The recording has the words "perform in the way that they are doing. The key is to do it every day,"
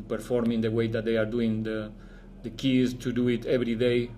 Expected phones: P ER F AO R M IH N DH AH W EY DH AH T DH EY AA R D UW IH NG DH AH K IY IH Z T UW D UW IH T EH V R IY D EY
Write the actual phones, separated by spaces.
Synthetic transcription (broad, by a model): P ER F AO R M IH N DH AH W EY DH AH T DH EY AA R D UW IH NG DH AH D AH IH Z T UW D UW IH T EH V R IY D EY